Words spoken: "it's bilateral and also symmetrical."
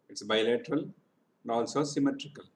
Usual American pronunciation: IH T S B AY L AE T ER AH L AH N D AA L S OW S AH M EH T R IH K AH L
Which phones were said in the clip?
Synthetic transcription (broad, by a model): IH T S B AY L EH T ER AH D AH L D AA L S OW S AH M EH T R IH K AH L